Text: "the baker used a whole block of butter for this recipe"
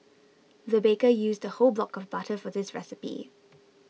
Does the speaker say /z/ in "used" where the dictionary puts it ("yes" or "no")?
yes